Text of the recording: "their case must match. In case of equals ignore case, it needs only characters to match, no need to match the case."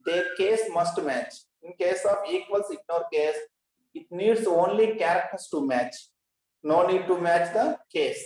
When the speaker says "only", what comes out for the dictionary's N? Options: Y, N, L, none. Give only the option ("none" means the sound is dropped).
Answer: N